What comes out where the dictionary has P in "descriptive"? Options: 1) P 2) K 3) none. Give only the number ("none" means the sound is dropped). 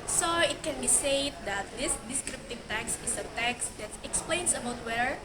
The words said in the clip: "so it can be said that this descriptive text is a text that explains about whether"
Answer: 1